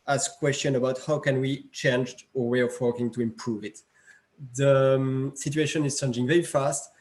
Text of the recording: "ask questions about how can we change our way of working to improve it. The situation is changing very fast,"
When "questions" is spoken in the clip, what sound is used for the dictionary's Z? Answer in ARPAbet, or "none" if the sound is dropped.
none